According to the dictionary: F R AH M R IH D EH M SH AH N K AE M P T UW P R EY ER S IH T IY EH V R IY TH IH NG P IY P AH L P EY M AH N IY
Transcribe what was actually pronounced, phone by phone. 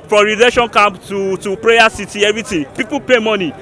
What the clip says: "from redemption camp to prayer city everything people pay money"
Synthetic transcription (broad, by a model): F R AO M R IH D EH SH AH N K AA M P T UW P R EY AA S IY T IY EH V R IY T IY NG P IY P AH P EY M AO N IY